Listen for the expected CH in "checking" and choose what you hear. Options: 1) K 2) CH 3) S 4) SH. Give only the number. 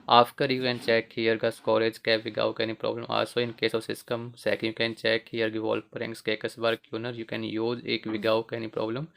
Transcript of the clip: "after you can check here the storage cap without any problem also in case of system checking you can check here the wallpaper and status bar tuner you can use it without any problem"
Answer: 3